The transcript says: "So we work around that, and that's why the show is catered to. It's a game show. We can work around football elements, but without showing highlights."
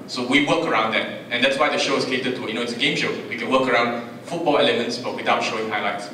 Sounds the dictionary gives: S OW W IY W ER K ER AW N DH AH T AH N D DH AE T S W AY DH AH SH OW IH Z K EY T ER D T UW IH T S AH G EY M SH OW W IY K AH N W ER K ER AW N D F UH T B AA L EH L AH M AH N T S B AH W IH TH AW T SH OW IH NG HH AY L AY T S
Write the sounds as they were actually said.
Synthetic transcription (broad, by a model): S OW W IY W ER K ER AW N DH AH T AH N D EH T S W AY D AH SH OW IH S K EY T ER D T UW IH T S AH G EY M SH OW W IY K AH N W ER K ER AW N D F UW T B AA L EH L AH M AH N T S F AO W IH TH AW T SH OW IH NG HH AY L AY T S